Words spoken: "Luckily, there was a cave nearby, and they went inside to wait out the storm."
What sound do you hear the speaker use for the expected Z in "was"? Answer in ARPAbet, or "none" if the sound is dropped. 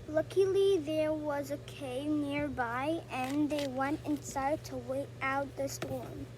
Z